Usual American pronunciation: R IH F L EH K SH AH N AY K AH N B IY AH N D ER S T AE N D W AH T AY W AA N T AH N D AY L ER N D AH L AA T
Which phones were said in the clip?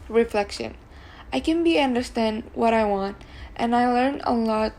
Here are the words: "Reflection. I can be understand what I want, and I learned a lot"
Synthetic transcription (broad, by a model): R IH F L EH K SH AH N AY K AH N B IY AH N D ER S T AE N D W AH T AY W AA N T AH N AY L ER N AH L AA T